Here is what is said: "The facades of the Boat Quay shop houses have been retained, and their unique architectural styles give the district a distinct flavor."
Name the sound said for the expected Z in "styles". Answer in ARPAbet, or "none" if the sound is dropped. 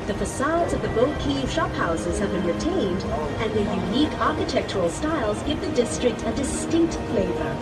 Z